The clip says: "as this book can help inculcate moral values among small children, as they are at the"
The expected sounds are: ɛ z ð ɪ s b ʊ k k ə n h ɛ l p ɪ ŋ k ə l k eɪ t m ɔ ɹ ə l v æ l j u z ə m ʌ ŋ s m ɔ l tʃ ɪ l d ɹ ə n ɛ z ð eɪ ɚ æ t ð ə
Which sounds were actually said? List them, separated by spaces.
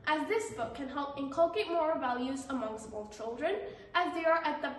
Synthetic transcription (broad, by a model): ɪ z ð ɪ s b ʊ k k ə n h ɛ l p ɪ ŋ k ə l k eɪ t m ɔ ɹ v æ l j u z ə m ʌ ŋ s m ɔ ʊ tʃ ɪ l d ɹ ə n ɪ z ð eɪ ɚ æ t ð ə